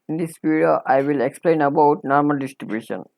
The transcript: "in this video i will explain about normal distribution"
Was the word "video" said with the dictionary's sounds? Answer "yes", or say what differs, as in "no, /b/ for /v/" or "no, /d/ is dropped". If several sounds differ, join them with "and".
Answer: no, /p/ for /v/